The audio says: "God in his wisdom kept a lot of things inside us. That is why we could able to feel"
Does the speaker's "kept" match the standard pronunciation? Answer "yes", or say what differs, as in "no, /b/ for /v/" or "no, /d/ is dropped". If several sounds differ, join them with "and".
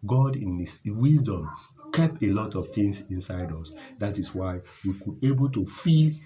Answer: no, /t/ is dropped